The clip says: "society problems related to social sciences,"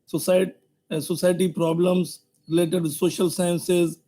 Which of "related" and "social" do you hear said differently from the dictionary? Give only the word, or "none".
none